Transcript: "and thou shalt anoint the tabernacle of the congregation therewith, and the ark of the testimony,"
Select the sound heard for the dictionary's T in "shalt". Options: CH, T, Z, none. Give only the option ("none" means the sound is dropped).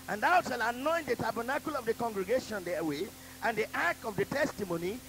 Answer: none